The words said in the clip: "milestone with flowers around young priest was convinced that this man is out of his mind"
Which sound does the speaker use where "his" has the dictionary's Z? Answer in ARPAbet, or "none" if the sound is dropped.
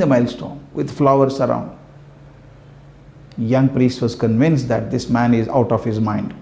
Z